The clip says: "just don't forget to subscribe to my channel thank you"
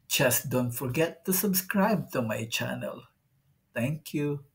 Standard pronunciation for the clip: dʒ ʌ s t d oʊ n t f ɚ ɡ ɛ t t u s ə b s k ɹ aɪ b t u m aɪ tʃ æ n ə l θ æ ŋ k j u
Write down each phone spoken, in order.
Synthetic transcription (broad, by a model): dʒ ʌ s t d oʊ n t f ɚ ɡ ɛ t t u s ə b s k ɹ aɪ b t u m aɪ tʃ æ n ə l t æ ŋ k j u